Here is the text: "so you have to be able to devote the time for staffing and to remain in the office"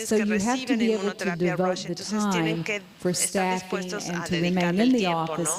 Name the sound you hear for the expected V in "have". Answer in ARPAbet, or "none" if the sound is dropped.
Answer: F